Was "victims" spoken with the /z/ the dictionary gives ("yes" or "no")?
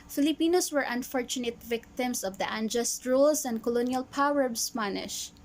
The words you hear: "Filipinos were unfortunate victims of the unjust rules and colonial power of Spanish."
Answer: no